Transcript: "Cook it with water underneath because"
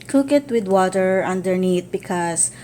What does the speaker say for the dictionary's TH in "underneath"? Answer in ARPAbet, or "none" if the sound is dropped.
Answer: T